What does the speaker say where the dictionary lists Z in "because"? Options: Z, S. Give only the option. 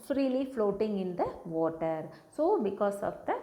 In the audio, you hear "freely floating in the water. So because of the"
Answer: S